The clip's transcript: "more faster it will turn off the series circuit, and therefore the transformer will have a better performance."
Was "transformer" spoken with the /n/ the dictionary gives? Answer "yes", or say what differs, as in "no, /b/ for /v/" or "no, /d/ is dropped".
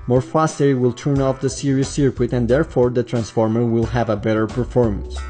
yes